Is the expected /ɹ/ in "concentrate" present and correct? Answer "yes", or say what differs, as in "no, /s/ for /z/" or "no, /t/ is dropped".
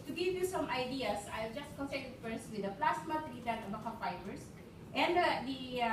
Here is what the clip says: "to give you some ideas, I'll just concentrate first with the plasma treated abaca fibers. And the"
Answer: no, /ɹ/ is dropped